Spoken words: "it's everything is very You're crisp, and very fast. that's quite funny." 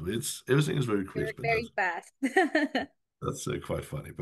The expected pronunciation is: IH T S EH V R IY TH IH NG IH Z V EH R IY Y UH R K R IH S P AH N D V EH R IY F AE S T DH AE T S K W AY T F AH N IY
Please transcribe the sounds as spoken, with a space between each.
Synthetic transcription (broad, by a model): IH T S EH V R IY TH IH NG IH Z V EH R IY K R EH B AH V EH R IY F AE S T DH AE T S K W AY T F AH N IY